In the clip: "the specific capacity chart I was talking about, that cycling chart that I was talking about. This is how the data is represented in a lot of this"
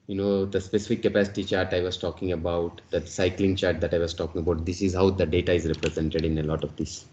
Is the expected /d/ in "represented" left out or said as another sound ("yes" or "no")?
no